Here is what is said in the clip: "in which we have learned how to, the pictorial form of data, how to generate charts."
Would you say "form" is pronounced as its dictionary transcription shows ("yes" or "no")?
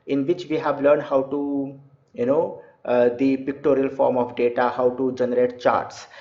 yes